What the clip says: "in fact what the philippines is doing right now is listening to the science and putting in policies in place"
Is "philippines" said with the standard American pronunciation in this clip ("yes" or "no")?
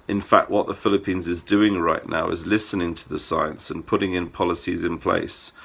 yes